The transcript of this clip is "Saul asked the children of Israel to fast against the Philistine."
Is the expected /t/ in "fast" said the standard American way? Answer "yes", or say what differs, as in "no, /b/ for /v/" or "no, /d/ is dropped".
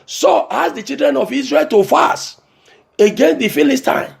no, /t/ is dropped